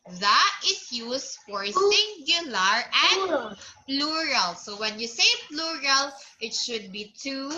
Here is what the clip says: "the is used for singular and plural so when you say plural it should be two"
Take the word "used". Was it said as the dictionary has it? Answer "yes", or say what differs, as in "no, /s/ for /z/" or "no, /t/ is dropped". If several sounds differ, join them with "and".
no, /s/ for /z/